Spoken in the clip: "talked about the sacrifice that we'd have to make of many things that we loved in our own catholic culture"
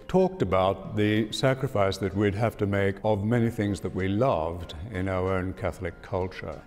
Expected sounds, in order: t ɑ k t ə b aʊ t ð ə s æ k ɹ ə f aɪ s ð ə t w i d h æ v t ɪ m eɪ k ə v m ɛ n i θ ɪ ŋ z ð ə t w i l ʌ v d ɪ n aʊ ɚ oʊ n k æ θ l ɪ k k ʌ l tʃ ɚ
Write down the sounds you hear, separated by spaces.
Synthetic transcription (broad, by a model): t ɑ k t ə b aʊ t ð ə s æ k ɹ ə f aɪ s ð ə t w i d h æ f t ɪ m eɪ k ə v m ɛ n i θ ɪ ŋ z ð ə t w i l ʌ v d ɪ n aʊ ɚ oʊ n k æ θ l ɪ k k ʌ l tʃ ɚ